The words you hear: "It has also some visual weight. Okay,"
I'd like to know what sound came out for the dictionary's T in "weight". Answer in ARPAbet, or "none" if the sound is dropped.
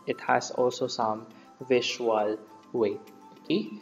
none